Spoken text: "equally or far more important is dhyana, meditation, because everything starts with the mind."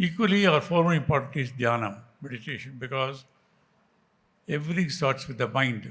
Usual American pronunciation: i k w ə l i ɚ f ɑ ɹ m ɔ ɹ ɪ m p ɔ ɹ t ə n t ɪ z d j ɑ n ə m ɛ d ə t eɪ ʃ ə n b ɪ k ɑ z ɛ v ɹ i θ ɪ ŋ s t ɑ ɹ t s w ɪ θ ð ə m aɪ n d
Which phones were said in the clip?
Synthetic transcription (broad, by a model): i k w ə l i ɚ f ɑ ɹ m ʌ ɹ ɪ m p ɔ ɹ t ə t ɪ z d j ɑ n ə m ɛ d ə t eɪ ʃ ə n b ɪ k ɑ z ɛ v ɹ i t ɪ ŋ s t ɑ ɹ t s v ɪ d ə m aɪ n d